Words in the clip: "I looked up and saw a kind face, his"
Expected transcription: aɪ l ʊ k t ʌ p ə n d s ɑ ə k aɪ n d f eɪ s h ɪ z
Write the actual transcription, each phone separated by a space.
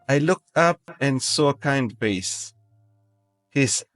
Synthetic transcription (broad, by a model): aɪ l ʊ k t ʌ p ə n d s ɑ ə k aɪ n d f eɪ s h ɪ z